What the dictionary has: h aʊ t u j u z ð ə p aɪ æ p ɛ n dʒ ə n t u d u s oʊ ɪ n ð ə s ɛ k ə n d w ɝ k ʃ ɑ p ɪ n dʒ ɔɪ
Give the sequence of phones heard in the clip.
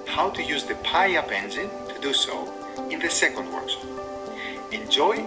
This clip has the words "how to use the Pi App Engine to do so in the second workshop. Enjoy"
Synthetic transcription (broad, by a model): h aʊ t u j u z ð ə p aɪ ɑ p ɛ n z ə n t u d u s oʊ ɪ n ð ə s ɛ k ə n d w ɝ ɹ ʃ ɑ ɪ n dʒ ɔɪ